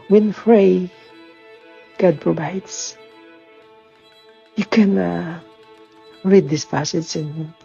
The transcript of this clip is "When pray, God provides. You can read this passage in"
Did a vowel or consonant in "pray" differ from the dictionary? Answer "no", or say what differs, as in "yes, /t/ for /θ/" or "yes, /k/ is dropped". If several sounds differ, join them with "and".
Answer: yes, /f/ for /p/